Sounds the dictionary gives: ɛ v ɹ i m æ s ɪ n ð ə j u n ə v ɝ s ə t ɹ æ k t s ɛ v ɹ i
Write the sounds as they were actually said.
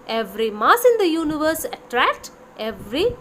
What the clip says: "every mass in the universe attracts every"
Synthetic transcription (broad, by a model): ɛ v ɹ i m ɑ s ɪ n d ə j u n ə v ɝ s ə t ɹ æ k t ɛ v ɹ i